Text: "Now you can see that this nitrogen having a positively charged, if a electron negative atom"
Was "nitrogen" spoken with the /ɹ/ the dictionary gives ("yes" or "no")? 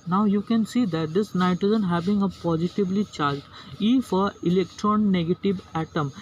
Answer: no